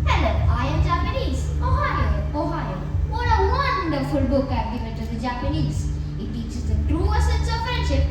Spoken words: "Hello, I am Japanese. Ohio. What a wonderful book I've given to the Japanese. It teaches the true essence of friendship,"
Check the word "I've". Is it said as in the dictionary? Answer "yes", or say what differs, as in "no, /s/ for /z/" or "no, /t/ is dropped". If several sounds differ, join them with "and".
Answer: no, /p/ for /v/